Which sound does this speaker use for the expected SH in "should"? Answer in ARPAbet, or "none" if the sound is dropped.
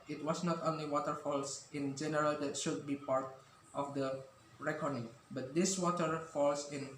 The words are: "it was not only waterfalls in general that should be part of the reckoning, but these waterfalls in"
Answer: SH